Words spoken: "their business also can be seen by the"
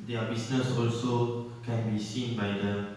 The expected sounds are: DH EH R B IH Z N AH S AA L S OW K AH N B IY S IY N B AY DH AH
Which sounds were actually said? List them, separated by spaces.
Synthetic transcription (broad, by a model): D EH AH B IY S N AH S AA L S OW K AH N B IY S IY N B AY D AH